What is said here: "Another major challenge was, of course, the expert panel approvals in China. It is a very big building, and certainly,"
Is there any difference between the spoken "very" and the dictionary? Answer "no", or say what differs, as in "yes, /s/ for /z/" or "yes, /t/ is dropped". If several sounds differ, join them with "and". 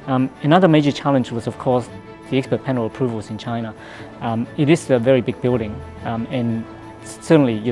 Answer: no